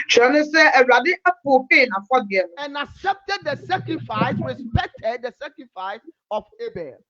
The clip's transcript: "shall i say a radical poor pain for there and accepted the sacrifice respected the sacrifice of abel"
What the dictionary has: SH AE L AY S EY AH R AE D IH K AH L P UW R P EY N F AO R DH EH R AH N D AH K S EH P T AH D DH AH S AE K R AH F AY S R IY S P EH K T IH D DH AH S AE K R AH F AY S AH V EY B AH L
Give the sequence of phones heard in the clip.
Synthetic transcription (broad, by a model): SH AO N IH S EY AH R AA D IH AH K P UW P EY N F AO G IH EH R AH N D AH K S EH P T AH D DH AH S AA K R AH F AY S R IY S P EH K T IH D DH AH S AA K R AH F AY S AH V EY B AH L